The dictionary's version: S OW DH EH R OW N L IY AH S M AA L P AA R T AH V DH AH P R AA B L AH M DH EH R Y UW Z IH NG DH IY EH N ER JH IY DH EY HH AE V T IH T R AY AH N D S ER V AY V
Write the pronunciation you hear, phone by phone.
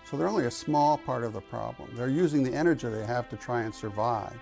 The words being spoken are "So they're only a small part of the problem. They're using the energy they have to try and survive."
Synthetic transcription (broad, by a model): S OW DH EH R OW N L IY AH S M AA L P AA R T AH V DH AH P R AA B L AH M DH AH R Y UW Z IH NG DH IY EH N ER JH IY DH EY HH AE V T IH T R AY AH N S ER V AY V